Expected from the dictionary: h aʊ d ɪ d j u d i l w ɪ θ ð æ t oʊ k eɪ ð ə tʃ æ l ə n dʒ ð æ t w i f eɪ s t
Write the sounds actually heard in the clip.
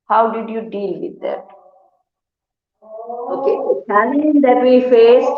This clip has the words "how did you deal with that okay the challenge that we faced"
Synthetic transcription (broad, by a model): h aʊ d ɪ d j u d i l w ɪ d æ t oʊ k eɪ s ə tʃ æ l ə dʒ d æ t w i f eɪ s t